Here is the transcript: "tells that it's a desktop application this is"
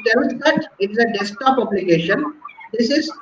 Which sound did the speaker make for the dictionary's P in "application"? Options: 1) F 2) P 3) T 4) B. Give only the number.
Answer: 4